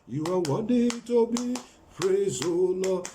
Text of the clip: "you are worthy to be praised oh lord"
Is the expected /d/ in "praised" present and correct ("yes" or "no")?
no